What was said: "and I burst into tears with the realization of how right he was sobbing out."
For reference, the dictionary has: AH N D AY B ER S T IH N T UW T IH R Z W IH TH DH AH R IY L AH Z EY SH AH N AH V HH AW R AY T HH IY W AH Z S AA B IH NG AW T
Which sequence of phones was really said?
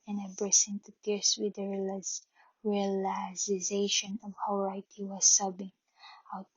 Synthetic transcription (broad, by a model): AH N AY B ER S IH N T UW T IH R S W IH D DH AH R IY L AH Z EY SH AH N AH V HH AW R AY T HH IY W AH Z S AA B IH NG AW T